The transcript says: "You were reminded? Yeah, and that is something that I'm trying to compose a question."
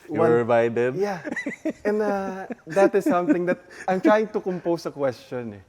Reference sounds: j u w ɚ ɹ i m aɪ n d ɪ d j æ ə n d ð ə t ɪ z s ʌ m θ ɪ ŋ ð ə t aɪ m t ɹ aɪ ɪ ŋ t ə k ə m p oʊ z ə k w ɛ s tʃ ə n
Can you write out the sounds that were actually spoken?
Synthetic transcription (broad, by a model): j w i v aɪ d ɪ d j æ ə n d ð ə t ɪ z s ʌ m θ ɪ ŋ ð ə t aɪ m t ɹ aɪ ɪ ŋ t ə k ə m p oʊ s ə k w ɛ s tʃ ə n